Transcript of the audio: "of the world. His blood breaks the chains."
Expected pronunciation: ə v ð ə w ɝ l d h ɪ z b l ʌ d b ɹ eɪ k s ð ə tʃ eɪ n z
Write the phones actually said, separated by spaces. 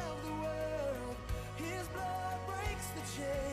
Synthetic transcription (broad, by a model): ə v ð ə w ɝ l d h ɪ z b l ʌ d b ɹ eɪ k s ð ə tʃ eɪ